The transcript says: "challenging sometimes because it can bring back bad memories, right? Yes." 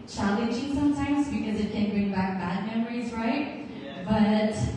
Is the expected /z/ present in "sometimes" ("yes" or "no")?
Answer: yes